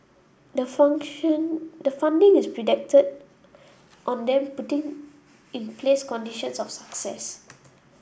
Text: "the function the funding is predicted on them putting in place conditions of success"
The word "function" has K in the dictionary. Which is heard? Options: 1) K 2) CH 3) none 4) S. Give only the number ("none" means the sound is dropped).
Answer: 3